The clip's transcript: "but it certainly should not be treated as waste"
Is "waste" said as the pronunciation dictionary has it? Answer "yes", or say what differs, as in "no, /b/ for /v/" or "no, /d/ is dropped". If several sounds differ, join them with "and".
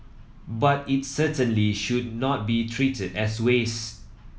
no, /t/ is dropped